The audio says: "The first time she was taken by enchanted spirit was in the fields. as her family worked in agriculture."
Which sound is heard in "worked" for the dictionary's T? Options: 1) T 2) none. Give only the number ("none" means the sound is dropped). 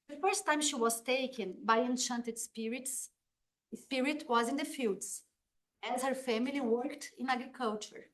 1